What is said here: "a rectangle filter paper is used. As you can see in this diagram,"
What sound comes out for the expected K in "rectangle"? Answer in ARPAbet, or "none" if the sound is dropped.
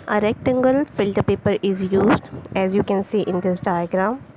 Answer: K